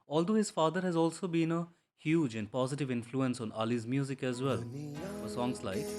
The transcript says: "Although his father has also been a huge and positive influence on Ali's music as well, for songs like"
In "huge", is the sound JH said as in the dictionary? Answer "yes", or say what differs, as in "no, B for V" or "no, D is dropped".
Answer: yes